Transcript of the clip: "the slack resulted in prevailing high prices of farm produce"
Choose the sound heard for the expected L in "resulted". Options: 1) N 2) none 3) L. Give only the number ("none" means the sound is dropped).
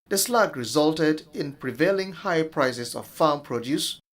3